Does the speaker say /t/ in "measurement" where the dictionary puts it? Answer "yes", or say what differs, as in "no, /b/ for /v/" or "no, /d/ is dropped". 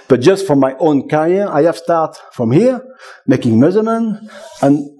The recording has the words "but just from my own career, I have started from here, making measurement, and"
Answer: no, /t/ is dropped